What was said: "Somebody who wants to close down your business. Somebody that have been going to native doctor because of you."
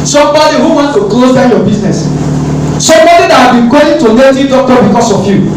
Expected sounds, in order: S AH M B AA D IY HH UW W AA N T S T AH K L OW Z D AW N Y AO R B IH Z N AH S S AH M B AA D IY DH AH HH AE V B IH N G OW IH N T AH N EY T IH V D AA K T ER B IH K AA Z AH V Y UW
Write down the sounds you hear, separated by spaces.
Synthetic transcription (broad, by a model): S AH M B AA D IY HH UW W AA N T T AH K L OW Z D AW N Y AO B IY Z N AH S S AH M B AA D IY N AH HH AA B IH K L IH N T AH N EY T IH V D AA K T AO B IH K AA S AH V Y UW